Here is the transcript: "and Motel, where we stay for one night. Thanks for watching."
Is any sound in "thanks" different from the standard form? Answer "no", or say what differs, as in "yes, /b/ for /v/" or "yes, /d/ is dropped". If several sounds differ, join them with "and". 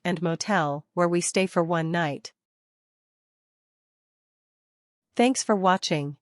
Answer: no